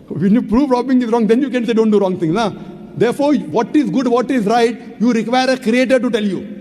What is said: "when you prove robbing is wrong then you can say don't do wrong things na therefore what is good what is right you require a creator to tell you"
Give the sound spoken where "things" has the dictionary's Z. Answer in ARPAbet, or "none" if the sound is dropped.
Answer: none